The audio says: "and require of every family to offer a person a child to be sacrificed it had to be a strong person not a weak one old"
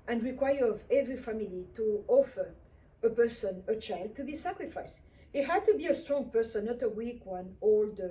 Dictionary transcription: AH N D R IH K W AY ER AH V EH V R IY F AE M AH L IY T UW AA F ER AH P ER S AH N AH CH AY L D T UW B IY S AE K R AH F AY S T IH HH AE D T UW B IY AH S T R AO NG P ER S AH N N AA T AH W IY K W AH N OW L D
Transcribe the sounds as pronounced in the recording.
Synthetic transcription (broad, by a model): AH N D R IH K W AY ER AH V EH V R IY F AE M AH L IY T UW AA F ER AH P ER S AH N AH CH AY L D T UW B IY S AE K R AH F AY S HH IH HH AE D T UW B IY AH S T R AO NG P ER S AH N N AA T AH W IY K W AH N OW L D